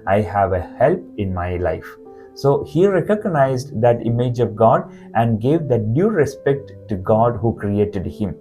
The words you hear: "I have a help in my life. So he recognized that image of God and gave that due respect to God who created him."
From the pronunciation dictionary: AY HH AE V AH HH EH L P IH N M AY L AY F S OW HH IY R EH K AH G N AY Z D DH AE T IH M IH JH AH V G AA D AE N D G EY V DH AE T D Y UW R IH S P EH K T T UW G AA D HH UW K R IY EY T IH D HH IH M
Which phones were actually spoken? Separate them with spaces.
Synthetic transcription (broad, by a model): AY HH AE V AH HH EH L P IH N M AY L AY F S OW HH IY R EH K AH G N AY Z D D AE T IH M IH JH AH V G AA D AE N D G EY V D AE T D Y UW R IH S P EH K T T UW G AA D HH UW K R IY EY T IH D HH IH M